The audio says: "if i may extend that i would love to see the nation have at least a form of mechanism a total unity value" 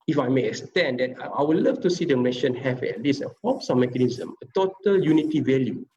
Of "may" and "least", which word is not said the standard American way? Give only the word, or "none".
least